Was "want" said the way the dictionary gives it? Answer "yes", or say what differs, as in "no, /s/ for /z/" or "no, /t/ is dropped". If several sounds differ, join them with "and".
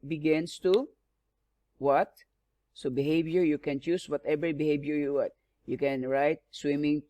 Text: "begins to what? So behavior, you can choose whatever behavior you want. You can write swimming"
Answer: no, /n/ is dropped